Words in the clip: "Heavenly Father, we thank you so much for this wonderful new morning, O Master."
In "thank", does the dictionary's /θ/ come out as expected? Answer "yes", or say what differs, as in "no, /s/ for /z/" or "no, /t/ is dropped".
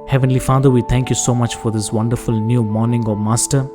no, /t/ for /θ/